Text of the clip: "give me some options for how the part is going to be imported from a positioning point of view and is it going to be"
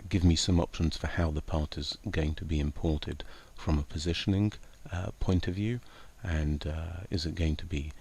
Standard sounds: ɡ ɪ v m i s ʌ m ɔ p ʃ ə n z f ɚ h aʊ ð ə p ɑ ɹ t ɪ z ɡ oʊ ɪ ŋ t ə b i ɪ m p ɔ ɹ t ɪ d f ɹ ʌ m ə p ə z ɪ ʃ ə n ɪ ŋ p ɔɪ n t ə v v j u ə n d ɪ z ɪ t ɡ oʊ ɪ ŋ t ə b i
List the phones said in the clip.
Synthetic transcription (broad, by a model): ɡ ɪ v m i s ʌ m ɔ p ʃ ə n z f ɚ h aʊ ð ə p ɑ ɹ t ɪ z ɡ oʊ ɪ ŋ t ə b i ɪ m p ɔ ɹ t ɪ d f ɹ ʌ m ə p ə z ɪ ʃ ə n ɪ ŋ p ɔɪ n t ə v v j u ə n ɪ z ɪ t ɡ oʊ ɪ ŋ t ə b i